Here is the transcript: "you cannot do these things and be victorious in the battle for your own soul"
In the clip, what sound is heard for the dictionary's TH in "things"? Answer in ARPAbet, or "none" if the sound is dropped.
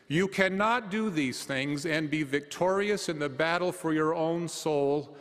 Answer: TH